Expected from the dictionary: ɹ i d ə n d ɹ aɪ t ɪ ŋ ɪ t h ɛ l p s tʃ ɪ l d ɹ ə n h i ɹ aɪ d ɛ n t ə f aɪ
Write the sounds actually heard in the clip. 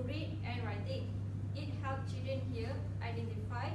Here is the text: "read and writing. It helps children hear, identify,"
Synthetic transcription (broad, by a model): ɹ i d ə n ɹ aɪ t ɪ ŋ ɪ t h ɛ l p tʃ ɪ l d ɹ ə n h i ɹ aɪ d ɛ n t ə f aɪ